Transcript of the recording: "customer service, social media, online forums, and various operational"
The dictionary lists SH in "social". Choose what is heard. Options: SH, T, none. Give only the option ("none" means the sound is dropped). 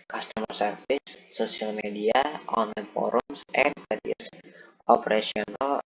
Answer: none